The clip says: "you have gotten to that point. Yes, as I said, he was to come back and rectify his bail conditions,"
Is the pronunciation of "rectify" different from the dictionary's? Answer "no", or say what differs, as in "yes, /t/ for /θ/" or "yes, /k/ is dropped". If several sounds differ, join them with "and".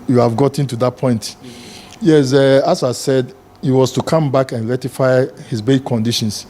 yes, /k/ is dropped